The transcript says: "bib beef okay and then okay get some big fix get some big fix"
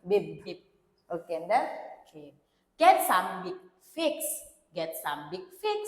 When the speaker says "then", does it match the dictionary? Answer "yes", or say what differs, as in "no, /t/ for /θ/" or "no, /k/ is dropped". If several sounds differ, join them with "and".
no, /n/ is dropped